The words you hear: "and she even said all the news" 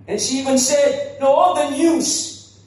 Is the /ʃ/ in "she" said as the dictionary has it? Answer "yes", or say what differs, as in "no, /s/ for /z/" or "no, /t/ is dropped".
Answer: yes